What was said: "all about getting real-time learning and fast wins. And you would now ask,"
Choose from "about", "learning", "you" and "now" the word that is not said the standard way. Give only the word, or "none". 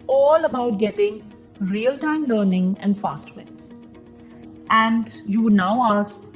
none